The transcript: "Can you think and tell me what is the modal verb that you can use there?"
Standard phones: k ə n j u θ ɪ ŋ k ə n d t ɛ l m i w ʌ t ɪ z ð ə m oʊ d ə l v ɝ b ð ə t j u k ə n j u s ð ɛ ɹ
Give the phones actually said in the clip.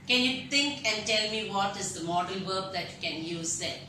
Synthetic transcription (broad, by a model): k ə n j u t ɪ ŋ k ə n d t ɛ l m i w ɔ t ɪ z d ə m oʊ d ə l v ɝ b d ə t j u k ə n j u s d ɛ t